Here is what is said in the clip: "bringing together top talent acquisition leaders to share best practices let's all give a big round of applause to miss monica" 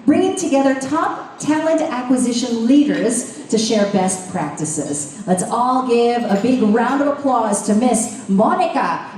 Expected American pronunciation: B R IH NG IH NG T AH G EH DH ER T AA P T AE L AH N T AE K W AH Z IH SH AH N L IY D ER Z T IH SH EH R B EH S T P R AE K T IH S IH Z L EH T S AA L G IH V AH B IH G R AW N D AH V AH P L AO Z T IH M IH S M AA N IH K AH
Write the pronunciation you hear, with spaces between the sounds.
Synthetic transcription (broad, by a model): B R IH NG IH NG T AH G EH DH ER T AA P T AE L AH N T AE K W AH Z IH SH AH N L IY D ER Z T IH SH EH R B EH S T P R AE K T IH S IH Z L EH T S AA L G IH V AH B IH G R AW N D AH V AH P L AO Z T IH M IH S M AA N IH K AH